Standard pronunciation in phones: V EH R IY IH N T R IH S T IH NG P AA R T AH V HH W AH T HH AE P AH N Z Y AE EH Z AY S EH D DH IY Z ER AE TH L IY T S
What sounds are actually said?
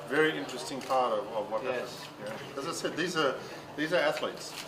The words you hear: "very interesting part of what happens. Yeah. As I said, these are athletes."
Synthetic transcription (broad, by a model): V EH R IY IH N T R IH S T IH NG P AA R T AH V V W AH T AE AH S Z Y AE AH Z AY S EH D DH IY Z ER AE TH L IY T S